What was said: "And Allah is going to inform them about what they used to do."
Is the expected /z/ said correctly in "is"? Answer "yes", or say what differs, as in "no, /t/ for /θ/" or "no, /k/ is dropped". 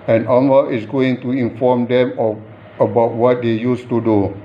no, /s/ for /z/